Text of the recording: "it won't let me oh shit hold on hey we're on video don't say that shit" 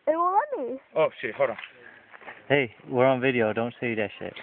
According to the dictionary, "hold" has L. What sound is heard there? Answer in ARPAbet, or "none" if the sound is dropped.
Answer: none